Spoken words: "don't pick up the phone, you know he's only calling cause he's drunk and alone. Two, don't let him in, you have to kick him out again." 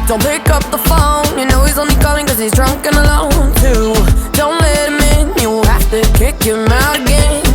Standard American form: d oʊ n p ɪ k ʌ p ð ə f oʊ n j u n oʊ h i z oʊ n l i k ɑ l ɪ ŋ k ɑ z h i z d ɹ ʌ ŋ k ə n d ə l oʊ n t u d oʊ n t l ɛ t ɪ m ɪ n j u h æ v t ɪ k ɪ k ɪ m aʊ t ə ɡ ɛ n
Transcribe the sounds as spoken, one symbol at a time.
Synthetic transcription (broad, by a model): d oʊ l p ɪ k ʌ p ð ə f oʊ n j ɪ n oʊ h i z oʊ n l i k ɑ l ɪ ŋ k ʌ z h i z d ɹ ʌ ŋ k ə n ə l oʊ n t u d oʊ n t l ɛ t ɪ m ɪ n j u h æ f t ɪ k ɪ k ɪ m aʊ t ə ɡ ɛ n